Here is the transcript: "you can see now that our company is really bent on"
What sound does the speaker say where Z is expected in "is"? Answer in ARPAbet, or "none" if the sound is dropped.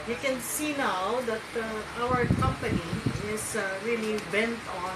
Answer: S